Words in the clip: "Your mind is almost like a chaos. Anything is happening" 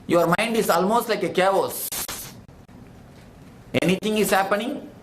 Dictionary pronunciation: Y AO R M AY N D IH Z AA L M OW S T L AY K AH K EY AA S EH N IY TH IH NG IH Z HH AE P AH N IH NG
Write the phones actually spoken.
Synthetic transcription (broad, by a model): Y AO R M AY N D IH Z AA L M OW S T L AY K AH K EY AA S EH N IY T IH NG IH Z HH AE P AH N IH NG